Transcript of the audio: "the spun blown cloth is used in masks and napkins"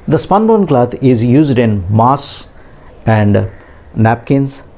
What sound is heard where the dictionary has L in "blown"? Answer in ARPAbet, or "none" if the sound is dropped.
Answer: none